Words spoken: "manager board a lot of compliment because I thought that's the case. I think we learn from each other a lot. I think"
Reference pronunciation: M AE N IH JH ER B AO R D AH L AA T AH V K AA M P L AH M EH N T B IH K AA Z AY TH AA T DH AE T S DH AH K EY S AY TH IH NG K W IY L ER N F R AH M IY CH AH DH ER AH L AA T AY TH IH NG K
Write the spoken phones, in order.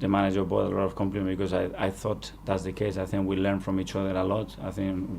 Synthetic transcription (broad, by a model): M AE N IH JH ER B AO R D AH L AA T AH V K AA M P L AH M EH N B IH K AA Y AY TH AA T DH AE T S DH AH K EY S AY TH IH NG K W IY L ER N F R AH M IY CH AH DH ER AH L AA T AY TH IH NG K